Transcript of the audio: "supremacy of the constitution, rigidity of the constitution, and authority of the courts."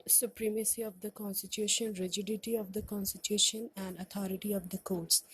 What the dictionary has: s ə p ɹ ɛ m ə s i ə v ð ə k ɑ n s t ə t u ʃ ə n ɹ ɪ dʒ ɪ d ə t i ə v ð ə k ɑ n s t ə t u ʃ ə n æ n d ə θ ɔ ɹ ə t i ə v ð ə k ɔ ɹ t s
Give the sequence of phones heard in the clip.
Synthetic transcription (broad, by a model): s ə p ɹ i m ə s i ə v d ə k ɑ n s t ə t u ʃ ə n ɹ ɪ dʒ ɪ d ə t i ə v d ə k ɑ n s t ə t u ʃ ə n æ n d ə t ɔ ɹ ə t i ə v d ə k ɔ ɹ t s